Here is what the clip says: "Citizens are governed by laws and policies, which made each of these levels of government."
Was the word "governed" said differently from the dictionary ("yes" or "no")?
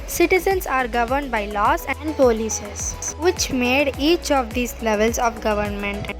no